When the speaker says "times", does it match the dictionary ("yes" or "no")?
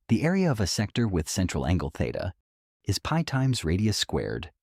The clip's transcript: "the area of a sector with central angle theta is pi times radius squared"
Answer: yes